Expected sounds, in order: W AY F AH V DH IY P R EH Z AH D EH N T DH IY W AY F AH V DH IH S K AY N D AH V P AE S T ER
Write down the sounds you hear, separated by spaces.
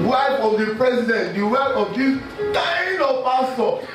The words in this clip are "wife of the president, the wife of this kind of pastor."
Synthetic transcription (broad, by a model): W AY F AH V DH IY P R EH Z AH D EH N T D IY W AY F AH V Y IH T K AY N AH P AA S T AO